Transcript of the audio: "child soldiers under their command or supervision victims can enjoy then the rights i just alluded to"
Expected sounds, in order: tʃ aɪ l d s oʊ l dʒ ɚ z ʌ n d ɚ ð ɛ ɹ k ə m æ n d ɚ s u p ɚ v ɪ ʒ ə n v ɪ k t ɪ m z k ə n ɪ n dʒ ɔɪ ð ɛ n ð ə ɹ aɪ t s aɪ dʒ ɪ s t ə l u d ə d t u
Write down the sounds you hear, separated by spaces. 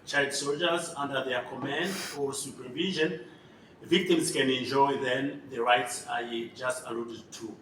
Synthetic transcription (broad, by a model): tʃ aɪ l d s oʊ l dʒ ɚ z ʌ n d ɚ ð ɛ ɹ k ə m æ n d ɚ s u p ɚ v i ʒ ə n v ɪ k t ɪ m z k ə n ɪ n dʒ ɔɪ ð ɛ n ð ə ɹ aɪ t s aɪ dʒ ɪ s t ə l u d ə d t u